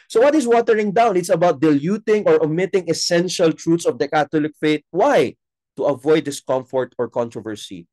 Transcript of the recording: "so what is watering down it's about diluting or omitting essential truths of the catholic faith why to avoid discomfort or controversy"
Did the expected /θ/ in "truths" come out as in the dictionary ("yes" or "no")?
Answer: no